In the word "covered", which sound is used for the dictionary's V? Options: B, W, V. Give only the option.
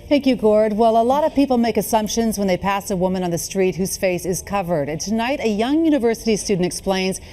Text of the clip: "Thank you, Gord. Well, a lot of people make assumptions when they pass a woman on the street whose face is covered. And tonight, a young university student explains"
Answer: V